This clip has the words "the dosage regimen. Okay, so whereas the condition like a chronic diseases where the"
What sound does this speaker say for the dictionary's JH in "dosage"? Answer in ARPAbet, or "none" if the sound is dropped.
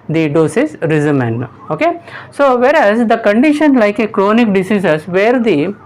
Z